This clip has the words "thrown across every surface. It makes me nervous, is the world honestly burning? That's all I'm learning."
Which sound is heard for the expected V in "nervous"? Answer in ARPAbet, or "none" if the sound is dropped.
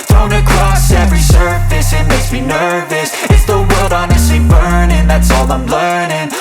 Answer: V